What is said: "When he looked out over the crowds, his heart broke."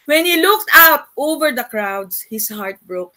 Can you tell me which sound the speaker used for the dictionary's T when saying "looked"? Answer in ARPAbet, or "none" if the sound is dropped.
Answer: T